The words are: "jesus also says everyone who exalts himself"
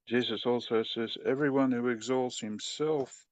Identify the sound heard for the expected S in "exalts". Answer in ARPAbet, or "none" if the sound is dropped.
S